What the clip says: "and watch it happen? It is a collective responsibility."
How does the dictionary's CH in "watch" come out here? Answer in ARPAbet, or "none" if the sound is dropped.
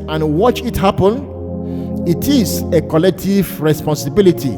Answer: CH